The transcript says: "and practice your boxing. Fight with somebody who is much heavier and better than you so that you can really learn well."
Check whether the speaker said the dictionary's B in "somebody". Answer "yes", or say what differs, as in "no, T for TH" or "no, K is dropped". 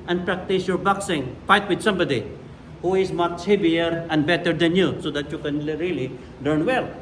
yes